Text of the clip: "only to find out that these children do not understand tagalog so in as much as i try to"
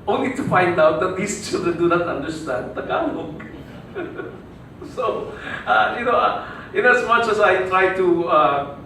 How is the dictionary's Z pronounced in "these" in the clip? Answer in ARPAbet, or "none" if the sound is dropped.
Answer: S